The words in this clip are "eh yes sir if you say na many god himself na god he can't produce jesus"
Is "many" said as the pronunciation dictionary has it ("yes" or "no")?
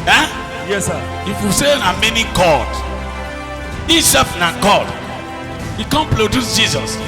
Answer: yes